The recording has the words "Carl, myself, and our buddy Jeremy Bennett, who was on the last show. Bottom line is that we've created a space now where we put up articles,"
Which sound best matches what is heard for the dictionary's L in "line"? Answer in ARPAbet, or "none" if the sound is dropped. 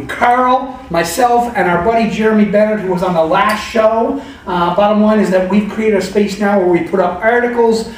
W